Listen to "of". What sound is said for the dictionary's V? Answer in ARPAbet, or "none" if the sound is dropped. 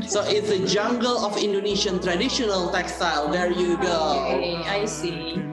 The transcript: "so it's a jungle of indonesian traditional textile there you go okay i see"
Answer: F